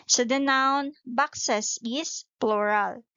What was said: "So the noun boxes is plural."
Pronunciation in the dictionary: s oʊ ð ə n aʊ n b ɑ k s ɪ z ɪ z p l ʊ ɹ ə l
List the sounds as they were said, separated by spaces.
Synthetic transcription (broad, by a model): s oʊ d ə n aʊ n b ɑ k s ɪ s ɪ s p l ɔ ɹ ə l